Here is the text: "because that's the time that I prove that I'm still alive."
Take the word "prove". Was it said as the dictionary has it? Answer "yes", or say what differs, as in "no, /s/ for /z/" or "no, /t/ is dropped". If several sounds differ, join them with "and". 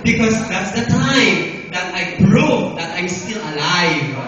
no, /b/ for /p/